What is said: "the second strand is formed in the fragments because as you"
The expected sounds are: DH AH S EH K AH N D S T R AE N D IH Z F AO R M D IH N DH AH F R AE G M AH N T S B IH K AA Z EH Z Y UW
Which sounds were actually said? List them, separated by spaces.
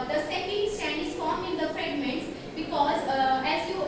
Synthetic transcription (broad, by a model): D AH S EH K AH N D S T AE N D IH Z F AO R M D IH N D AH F R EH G M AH N T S B IH K AA Z EH Z Y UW